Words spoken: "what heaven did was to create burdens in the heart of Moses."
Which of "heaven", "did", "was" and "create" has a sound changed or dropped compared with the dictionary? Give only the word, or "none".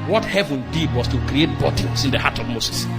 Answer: was